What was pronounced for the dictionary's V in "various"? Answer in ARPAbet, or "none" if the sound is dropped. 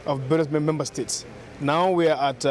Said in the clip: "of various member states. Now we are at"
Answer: B